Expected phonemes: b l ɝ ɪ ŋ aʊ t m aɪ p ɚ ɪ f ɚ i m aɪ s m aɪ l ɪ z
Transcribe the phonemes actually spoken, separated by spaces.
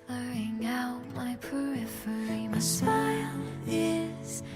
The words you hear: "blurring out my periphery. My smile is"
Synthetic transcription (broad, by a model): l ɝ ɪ ŋ aʊ t m aɪ p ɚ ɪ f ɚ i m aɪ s aɪ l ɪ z